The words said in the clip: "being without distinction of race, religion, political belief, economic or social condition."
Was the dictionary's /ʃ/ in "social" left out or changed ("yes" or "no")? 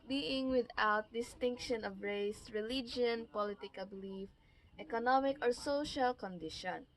no